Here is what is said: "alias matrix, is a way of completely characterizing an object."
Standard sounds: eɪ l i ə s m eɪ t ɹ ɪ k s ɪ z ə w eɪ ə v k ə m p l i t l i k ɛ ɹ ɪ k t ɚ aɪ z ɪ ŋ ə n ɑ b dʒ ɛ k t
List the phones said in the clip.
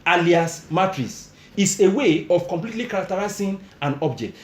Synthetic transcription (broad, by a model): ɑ l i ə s m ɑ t ɹ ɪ s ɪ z ə w eɪ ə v k ə m p l i t l i k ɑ ɹ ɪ k t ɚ aɪ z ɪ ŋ ə n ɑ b dʒ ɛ k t